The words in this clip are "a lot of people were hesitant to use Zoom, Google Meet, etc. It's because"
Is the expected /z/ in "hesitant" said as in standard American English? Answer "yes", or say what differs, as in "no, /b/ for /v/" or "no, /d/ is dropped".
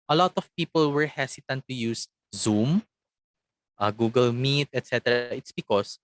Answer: no, /s/ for /z/